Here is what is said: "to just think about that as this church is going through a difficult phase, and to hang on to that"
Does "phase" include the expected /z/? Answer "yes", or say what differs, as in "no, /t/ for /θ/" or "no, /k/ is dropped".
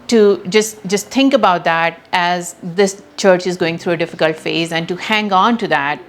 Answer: yes